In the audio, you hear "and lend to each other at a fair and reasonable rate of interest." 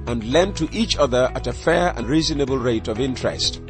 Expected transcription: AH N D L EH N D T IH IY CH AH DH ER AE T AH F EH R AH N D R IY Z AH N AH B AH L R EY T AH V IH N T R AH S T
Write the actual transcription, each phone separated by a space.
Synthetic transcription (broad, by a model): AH N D L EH N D T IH IY CH AH DH ER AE T AH F EH R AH N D R IY Z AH N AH B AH L R EY T AH V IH N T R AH S T